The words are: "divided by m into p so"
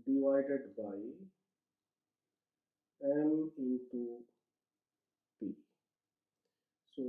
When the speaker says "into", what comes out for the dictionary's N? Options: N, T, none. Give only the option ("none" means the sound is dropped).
none